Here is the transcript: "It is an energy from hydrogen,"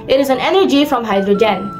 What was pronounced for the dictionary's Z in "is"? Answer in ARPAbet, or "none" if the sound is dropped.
Z